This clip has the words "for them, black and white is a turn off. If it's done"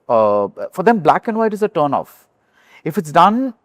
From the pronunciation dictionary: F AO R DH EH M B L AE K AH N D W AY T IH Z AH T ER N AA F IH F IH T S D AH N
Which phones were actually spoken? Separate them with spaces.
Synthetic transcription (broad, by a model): F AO R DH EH M B L AE K AH N D W AY T IH Z AH T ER N AA F IH F IH T S D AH N